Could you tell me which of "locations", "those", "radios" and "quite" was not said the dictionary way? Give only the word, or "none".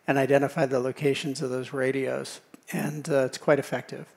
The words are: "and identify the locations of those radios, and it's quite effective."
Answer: none